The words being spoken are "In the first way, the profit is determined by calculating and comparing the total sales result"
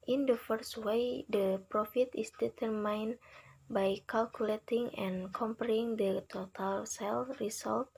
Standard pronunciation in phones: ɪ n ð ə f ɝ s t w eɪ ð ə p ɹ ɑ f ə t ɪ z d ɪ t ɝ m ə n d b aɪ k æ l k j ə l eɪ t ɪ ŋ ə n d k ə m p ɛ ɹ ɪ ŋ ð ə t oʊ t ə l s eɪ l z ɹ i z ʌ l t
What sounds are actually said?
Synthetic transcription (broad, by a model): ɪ n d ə f ɝ s t w eɪ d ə p ɹ ɑ f ə t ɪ s d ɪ t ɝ m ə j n b aɪ k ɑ l k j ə l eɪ t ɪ ŋ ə n k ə m p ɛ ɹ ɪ ŋ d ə t oʊ t ə l s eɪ l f ɹ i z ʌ l t